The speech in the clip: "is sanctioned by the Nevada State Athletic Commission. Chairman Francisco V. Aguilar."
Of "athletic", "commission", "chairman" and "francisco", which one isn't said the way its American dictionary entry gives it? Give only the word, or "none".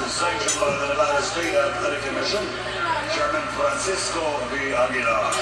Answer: athletic